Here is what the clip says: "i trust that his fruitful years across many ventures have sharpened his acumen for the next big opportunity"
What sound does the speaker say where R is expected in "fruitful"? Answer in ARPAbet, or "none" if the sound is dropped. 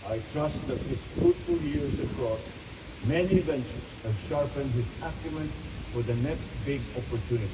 none